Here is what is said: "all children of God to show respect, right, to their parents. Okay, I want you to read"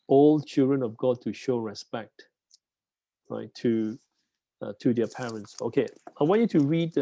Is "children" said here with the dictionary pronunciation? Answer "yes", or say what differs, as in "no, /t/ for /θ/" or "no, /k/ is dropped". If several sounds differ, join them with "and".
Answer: yes